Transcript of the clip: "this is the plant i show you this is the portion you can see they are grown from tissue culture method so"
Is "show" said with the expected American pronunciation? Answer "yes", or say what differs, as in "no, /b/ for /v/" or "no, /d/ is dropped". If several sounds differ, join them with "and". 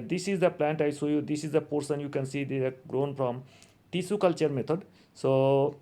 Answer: no, /s/ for /ʃ/